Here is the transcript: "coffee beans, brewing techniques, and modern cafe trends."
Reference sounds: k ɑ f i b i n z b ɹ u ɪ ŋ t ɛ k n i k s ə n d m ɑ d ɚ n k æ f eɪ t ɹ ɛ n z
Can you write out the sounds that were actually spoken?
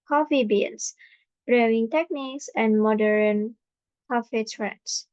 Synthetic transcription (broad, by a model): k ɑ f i b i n s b ɹ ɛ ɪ ŋ t ɛ k n i k s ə n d m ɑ d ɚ n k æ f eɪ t ɹ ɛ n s